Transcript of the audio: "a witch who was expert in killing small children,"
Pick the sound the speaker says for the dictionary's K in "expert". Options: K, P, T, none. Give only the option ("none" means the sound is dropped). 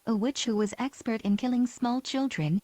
K